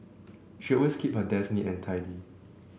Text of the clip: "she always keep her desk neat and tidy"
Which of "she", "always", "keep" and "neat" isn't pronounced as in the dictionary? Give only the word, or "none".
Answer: always